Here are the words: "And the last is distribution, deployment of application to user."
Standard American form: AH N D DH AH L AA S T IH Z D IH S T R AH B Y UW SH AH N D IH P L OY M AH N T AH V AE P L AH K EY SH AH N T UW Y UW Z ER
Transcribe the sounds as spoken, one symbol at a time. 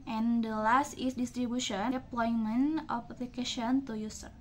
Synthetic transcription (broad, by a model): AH N D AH L AA S T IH S D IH S T R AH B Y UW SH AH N P L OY M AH N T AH P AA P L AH K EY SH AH N T UW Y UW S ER